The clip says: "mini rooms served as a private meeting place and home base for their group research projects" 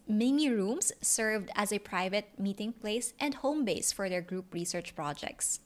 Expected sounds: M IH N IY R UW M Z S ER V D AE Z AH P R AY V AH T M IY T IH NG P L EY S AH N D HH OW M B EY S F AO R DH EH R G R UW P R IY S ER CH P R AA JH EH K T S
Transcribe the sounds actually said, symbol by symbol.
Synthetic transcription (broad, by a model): M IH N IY R UW M S ER V D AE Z AH P R AY V AH T M IY T IH NG P L EY S AH N D HH OW M B EY S F AO R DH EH R G R UW P R IY S ER CH P R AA JH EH K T S